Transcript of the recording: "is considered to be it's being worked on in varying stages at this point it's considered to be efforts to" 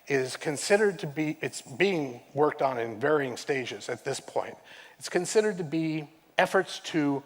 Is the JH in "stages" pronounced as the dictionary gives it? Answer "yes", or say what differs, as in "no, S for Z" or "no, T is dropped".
yes